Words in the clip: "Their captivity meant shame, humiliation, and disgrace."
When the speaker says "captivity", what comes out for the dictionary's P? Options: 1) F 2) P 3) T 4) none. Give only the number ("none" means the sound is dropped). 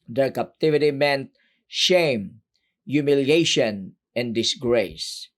2